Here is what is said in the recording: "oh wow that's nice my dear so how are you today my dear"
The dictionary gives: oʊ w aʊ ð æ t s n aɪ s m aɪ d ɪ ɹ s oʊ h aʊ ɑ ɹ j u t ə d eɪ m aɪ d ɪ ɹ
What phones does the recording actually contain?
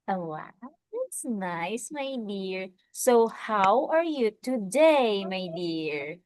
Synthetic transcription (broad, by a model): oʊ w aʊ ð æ t s n aɪ s m aɪ d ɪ ɹ s oʊ h aʊ ɑ ɹ j u t ə d eɪ m aɪ d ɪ ɹ